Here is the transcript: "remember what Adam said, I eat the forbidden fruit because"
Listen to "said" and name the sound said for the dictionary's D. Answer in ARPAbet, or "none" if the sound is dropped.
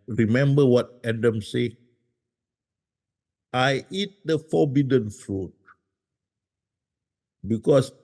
none